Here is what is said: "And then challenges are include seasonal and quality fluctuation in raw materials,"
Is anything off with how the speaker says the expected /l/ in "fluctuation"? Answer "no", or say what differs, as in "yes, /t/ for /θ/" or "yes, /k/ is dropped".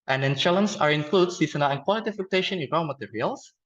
yes, /l/ is dropped